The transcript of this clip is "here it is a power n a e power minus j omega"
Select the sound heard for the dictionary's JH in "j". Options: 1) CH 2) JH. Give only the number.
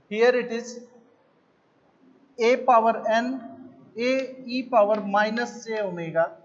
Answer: 1